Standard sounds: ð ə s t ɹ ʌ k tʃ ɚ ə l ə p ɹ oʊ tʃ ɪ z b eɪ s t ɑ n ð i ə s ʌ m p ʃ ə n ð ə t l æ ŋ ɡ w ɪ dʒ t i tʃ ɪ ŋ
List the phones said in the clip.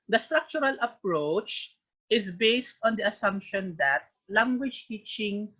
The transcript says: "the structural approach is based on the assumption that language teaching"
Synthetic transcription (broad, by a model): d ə s t ɹ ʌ k tʃ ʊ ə l ə p ɹ oʊ tʃ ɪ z b eɪ s t ɑ n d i ə s ʌ m p ʃ ə n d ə t l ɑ ŋ ɡ w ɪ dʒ t i tʃ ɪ ŋ